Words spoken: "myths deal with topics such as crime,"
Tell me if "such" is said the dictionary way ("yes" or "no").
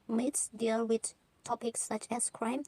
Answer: yes